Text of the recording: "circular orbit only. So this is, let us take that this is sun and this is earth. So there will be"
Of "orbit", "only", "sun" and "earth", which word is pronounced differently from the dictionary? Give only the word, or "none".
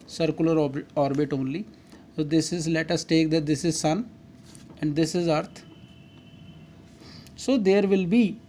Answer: earth